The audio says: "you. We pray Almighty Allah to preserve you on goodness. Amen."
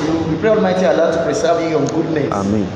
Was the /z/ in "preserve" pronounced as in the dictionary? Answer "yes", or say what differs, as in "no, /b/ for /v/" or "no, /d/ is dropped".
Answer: no, /s/ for /z/